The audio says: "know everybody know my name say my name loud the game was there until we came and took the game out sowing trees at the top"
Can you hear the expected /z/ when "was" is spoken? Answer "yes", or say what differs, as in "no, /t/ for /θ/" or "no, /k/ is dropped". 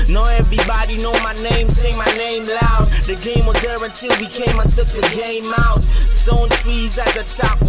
yes